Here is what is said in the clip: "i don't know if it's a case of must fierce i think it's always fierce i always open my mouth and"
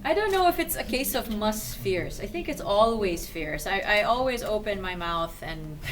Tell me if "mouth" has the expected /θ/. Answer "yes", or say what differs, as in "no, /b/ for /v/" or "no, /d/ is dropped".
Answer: yes